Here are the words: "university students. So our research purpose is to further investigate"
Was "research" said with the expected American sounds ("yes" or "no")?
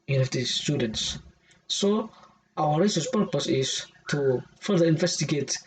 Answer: no